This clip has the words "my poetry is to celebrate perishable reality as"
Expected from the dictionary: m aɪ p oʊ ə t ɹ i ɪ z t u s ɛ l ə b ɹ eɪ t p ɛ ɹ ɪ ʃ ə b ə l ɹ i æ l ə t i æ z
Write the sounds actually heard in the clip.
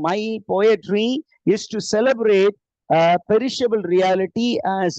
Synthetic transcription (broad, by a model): m aɪ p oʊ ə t ɹ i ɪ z t u s ɛ l ə b ɹ eɪ t p ɛ ɹ ɪ ʃ ə b ə l ɹ i æ l ə t i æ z